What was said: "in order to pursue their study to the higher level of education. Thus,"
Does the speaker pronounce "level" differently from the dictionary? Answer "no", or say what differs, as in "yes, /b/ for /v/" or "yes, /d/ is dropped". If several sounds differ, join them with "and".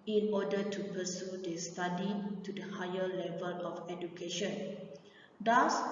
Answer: no